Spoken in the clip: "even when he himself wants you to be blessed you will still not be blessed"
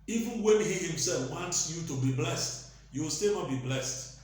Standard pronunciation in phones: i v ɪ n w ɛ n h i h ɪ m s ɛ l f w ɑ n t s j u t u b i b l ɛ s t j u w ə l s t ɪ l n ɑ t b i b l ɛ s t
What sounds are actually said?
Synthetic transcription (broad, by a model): i v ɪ n w ɛ n h i h ɪ m s ɛ l f w ɑ n t s j u t u b i b l ɛ s t j u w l s t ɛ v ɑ b i b l ɛ s t